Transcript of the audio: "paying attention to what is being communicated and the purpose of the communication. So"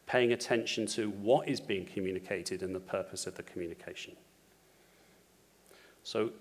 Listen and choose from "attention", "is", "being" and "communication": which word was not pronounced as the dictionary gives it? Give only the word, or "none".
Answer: none